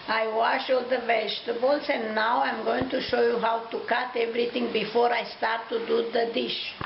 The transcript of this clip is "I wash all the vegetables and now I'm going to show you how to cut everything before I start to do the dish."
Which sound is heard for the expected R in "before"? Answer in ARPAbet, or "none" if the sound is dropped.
R